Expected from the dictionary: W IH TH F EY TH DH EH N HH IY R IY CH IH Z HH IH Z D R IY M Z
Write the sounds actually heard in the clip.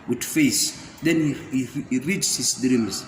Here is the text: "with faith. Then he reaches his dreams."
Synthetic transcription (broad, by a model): W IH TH F EY S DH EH N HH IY R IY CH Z HH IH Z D R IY M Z